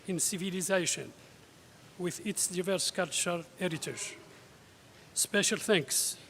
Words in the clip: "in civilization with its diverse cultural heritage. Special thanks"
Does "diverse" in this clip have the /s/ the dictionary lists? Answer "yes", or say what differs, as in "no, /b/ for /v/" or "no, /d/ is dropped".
yes